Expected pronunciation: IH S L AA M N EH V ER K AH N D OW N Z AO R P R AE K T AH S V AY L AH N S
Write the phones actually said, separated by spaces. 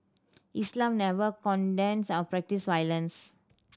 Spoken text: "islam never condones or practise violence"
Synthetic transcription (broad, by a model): IH S L AA M N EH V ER K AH N D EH N S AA W P R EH K T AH S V AY L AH N S